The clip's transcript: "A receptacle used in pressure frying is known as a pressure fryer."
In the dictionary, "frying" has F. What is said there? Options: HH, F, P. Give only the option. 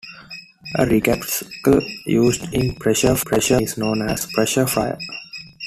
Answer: P